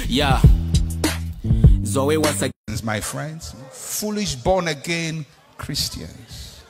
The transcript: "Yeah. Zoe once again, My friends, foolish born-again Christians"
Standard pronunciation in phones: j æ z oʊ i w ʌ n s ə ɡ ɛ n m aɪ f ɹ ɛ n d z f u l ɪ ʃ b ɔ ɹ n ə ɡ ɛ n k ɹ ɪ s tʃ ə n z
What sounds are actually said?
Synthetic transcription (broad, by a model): j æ z oʊ i w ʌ s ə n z m aɪ f ɹ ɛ n d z f u l ɪ ʃ b ɔ n ə ɡ ɛ n k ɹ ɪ s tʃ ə n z